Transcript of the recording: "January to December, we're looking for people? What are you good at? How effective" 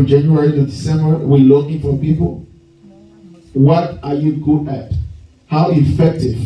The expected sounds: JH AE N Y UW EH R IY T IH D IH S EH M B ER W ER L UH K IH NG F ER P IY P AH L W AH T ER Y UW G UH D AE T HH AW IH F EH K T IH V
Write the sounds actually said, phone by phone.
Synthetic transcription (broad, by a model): JH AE N Y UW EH R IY T IH D IH S EH M B ER W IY L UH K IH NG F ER P IY P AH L W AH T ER Y UW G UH AE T HH AW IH F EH K T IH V